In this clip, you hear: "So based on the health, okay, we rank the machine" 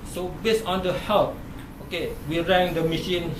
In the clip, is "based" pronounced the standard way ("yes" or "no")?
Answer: no